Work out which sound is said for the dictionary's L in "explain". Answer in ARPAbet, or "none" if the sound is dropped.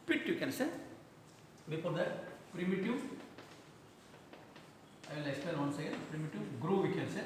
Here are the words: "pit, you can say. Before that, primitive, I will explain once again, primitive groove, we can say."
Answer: none